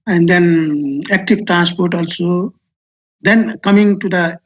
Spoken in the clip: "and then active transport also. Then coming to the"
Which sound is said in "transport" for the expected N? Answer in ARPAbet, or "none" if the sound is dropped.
N